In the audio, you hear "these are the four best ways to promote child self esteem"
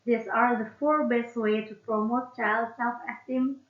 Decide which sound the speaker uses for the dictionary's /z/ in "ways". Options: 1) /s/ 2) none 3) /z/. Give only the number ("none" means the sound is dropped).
2